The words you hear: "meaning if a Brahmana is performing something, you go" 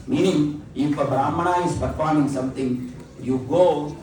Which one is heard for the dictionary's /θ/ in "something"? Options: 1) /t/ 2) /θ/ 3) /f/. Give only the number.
1